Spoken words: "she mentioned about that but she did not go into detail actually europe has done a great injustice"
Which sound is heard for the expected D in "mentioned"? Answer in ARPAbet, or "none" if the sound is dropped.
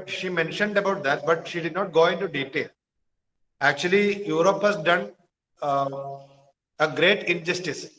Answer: D